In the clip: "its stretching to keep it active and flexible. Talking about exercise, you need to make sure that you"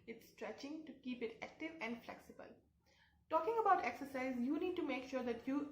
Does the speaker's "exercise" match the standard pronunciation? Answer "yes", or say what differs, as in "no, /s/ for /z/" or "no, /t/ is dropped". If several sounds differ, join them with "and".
yes